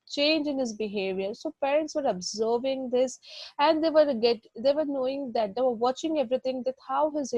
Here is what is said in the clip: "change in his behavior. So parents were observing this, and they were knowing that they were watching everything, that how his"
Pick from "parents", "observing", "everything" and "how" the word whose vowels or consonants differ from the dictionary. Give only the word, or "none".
everything